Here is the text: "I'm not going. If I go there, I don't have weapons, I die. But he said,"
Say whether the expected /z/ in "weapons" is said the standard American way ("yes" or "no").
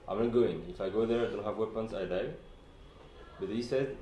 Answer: no